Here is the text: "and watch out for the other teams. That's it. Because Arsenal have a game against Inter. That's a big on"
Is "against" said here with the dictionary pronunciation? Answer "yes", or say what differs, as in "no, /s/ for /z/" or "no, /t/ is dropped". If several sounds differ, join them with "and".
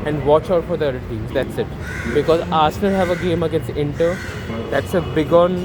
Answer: no, /t/ is dropped